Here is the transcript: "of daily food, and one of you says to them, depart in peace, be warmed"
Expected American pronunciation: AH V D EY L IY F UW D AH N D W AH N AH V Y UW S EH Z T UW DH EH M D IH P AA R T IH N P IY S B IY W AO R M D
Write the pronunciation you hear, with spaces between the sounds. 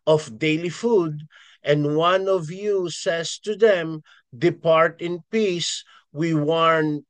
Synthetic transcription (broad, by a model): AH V D EY L IY F UW D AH N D W AH N AH V Y UW S EH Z T UW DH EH M D IH P AA R T IH N P IY S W IY W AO R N